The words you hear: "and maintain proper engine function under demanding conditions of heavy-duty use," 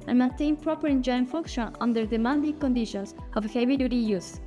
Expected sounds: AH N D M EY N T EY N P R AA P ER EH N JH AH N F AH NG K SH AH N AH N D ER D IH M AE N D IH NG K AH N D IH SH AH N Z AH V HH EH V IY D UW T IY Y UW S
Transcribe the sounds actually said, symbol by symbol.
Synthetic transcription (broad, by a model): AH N M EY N T EY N P R AA P ER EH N JH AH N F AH K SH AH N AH N D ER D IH M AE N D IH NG K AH N D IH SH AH N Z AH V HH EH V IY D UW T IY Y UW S